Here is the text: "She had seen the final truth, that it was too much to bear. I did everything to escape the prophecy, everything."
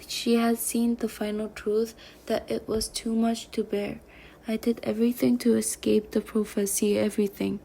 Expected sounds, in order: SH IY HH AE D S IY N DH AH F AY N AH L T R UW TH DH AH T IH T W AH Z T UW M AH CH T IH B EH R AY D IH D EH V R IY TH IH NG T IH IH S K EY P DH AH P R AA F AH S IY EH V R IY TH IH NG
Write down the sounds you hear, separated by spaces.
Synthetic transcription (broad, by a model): SH IY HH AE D S IY N DH AH F AY N L T R UW TH DH AH T IH T W AH Z T UW M AH CH T IH B EH R AY D IH D EH V R IY TH IH NG T IH IH S K EY P DH AH P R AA F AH S IY EH V R IY TH IH NG